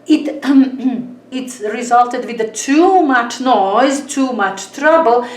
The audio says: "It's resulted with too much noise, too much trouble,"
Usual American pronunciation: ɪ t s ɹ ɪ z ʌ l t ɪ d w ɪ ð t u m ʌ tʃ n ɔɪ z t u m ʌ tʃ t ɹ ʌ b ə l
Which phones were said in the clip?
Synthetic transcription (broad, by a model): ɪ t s ɹ ɪ z ʌ l t ɪ d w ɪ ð t u m ʌ tʃ n ɔɪ z t u m ʌ tʃ t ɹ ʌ b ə l